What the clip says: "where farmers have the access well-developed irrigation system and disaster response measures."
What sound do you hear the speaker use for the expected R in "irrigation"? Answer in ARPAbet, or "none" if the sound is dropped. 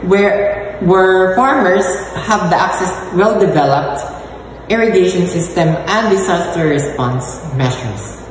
R